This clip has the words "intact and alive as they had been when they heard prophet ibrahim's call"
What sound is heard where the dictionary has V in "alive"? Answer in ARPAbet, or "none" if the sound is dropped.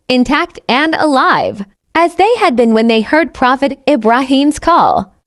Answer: V